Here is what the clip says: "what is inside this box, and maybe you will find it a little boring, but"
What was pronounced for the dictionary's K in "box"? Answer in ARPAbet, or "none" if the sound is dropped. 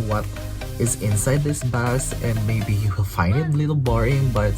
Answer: none